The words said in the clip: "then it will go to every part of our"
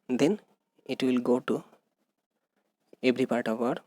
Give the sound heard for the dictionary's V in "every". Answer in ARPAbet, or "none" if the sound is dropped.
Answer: B